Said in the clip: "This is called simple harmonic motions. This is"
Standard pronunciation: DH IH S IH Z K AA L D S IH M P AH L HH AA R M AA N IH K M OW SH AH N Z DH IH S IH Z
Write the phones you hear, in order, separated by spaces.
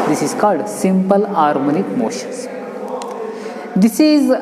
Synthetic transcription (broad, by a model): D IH S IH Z K AA L D S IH M P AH L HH AA R M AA N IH K M OW SH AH N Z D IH S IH Z